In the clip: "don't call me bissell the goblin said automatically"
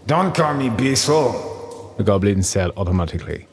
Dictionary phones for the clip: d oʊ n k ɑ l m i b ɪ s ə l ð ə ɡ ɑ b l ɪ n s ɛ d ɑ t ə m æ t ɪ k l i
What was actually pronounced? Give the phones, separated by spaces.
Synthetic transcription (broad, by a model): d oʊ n k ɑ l m i b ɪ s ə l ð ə ɡ ɑ b l ɪ n s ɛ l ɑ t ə m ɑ t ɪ k l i